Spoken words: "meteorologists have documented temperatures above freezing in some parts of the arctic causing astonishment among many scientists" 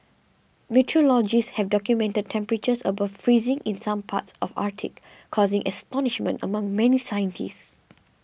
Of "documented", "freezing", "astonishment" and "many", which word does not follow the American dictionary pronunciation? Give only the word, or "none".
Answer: none